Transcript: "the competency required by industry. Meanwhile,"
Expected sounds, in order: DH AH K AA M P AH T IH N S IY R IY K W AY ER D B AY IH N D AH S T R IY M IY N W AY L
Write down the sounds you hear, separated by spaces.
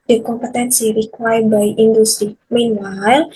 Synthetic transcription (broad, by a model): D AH K AA M P AH T IH N S IY R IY K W AY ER B AY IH N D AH S T R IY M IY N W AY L